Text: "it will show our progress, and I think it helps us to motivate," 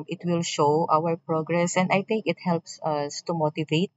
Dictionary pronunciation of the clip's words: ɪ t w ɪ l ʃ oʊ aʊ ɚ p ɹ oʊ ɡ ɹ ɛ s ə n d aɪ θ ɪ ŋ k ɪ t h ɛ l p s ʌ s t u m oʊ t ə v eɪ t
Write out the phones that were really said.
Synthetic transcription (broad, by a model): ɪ t w ɪ l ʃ oʊ aʊ ɚ p ɹ oʊ ɡ ɹ ɛ s ə n d aɪ t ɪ ŋ k ɪ t h ɛ l p s ʌ s t u m oʊ t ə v eɪ t